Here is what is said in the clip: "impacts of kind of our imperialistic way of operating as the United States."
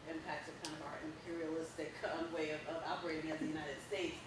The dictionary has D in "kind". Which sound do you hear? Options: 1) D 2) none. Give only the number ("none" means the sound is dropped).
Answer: 2